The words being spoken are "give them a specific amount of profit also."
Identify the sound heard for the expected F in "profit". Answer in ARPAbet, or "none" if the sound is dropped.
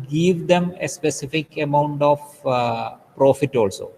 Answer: F